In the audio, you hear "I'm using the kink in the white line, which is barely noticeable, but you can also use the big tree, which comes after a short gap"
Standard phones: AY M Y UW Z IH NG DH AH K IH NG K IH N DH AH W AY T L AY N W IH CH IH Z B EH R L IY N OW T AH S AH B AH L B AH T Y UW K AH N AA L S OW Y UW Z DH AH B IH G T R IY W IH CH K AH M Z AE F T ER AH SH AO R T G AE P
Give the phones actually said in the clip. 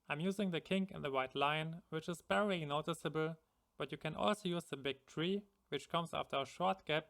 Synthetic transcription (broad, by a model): AY M Y UW Z IH NG DH AH K IH NG K IH N DH AH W AY T L AY N W IH CH IH Z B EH R IY N OW T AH S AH B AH L B AH T Y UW K AH N AA L S OW Y UW Z DH AH B IH G T R IY W IH CH K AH M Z AE F T ER AH SH AO R T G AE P